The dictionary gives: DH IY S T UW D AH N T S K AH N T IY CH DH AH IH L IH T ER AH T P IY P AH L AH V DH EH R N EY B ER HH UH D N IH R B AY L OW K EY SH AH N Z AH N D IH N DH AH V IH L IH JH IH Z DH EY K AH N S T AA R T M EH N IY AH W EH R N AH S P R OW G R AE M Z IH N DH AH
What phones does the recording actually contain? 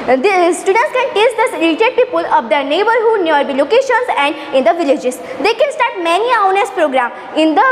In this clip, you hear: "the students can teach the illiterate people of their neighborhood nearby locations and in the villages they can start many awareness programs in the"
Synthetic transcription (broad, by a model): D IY S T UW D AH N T S K AH N T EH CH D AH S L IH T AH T P IY P AH L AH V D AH N EY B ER HH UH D N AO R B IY L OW K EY SH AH N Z AH N D IH N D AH V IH L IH JH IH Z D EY K AH N S T AA R T M EH N IY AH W N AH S P R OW G R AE M IH N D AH